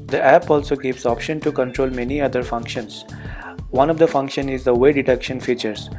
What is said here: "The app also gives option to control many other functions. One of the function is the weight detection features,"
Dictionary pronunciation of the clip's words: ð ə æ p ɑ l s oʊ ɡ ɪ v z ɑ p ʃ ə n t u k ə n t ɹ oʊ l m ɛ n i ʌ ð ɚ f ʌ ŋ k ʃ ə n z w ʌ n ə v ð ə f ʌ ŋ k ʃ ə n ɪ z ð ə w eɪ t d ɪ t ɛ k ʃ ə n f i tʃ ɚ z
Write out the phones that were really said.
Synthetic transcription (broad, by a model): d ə æ p ɑ l s oʊ ɡ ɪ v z ɑ p ʃ ə n t u k ə n t ɹ oʊ l m ɛ n i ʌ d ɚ f ʌ ŋ k ʃ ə n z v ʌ n ə v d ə f ʌ ŋ k ʃ ə n ɪ z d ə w eɪ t d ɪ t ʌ k ʃ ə n f i tʃ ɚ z